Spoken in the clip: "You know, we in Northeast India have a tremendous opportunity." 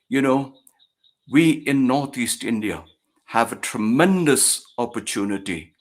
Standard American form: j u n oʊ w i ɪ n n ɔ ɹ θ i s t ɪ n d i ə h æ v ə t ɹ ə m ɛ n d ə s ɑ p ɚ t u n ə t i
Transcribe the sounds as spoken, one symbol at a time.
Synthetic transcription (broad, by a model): j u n oʊ w i ɪ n n ɔ ɹ θ i s t ɪ n d i ə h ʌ v ə t ɹ ə m ɛ n d ə s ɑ p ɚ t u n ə t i